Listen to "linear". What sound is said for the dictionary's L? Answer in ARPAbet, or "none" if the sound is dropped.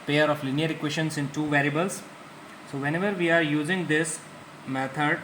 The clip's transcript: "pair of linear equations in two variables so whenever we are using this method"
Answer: L